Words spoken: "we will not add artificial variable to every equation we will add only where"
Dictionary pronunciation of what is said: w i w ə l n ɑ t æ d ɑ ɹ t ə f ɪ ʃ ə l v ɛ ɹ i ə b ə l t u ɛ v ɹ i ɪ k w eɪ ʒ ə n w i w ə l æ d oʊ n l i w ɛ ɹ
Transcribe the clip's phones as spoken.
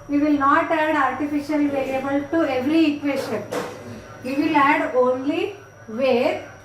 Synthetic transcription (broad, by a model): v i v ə l n ɑ t æ d ɑ ɹ t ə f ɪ ʃ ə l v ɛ l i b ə l t u ɛ v ɹ i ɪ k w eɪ ʃ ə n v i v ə l æ d oʊ n l i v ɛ ɹ